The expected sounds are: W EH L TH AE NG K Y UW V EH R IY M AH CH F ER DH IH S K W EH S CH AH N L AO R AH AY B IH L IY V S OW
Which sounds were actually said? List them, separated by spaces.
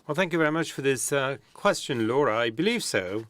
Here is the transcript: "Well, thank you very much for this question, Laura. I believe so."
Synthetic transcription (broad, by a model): W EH L TH AE NG K Y UW V EH R IY M AH CH F ER DH IH S K W EH S CH AH N L AO R AH AY B IH L IY V S OW